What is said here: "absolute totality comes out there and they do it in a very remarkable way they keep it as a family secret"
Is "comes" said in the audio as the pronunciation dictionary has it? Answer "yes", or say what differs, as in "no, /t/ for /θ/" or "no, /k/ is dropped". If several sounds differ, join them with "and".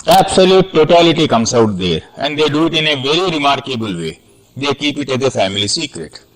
no, /s/ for /z/